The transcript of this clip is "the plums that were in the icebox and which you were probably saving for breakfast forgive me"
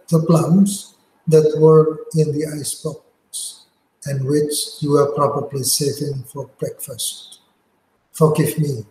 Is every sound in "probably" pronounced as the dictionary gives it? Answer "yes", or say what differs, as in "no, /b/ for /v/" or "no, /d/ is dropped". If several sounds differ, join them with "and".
yes